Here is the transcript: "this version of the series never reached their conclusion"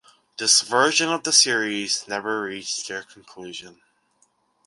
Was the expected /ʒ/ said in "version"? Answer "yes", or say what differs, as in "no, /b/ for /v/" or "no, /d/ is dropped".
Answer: yes